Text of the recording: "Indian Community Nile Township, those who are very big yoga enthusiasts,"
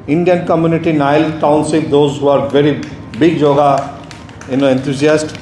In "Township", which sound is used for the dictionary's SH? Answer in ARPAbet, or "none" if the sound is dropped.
S